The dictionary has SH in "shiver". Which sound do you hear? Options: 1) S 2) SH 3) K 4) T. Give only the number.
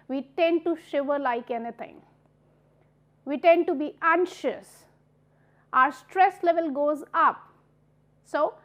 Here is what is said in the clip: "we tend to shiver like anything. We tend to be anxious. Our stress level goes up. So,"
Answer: 2